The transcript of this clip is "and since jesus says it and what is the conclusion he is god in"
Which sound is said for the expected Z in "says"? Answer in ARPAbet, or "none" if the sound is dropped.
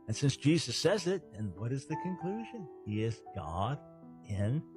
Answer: Z